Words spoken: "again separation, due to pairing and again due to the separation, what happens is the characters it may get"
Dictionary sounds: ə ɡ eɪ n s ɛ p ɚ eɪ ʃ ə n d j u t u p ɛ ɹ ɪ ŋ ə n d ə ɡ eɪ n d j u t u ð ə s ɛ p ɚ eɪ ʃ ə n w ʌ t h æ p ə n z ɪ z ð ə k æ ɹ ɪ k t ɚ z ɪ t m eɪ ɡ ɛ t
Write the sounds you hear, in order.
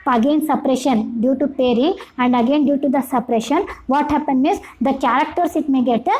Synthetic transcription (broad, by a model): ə ɡ eɪ n s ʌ p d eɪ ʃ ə n d j u t u p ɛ ɹ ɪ ŋ ə n d ə ɡ eɪ n d j u t u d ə s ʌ p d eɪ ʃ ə n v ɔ t h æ p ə n ɪ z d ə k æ ɹ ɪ k t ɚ s ɪ t m eɪ ɡ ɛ t